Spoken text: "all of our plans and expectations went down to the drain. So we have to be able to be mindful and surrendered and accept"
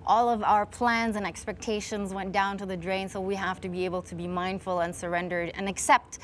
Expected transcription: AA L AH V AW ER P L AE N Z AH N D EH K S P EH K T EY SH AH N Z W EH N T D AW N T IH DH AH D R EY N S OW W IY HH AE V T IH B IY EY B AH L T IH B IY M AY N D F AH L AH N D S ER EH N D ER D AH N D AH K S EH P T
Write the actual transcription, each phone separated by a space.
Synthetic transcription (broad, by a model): AA L AH V AW ER P L AE N Z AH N EH K S P EH K T EY SH AH N Z W EH N D AW N T IH DH AH D R EY N S OW W IY HH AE F T IH B IY EY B L T IH B IY M AY N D F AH L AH N S ER EH N D ER D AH N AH K S EH P T